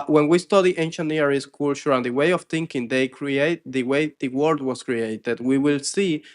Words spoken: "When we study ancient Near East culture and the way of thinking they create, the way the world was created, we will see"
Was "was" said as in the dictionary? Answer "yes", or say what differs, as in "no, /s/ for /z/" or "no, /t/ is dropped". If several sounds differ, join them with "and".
no, /s/ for /z/